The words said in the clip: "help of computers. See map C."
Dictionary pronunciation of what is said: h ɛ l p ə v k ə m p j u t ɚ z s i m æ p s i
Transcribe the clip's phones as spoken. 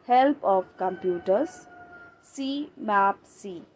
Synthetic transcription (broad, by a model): h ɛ l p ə p k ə m p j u t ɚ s s i m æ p s i